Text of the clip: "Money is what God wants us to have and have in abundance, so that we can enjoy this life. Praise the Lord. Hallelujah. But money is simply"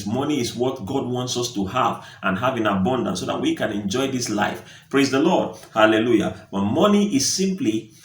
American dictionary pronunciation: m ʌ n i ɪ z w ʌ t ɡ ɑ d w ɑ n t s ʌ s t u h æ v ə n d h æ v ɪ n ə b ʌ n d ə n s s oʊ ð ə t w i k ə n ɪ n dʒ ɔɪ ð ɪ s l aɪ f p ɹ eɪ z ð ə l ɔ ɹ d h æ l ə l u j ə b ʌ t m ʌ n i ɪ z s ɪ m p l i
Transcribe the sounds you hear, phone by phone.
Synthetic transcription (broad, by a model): m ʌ n i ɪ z w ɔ t ɡ ɑ d w ɑ n t s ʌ s t u h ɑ v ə n h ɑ v ɪ n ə b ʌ n d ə n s s oʊ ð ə t w i k ə n ɪ n dʒ ɔɪ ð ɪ s l aɪ f p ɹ eɪ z ð ə l ɔ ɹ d h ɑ l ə l u j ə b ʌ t m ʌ n i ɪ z s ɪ m p l i